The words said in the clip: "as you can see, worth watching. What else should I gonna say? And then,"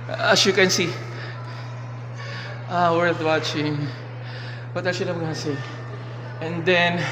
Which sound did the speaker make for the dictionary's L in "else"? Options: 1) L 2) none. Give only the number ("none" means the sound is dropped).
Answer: 2